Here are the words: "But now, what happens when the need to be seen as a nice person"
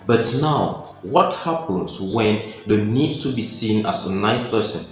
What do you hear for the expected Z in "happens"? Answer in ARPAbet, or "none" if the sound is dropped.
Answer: S